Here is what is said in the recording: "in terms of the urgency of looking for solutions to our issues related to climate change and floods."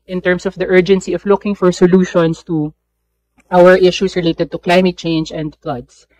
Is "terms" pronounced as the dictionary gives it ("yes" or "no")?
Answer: no